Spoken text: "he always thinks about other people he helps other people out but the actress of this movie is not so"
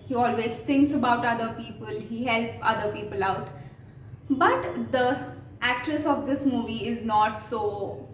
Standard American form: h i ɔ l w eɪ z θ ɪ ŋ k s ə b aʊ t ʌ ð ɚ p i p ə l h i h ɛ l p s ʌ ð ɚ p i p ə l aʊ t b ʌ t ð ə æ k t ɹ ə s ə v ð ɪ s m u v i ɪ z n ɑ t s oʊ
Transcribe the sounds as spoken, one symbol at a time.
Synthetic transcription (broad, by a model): h i ɔ l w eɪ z t ɪ ŋ k s ə b aʊ t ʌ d ɚ p i p ə l h i h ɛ l p ʌ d ɚ p i p ə l aʊ t b ʌ t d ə æ k t ɹ ə s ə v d ɪ s m u v i ɪ z n ɑ t s oʊ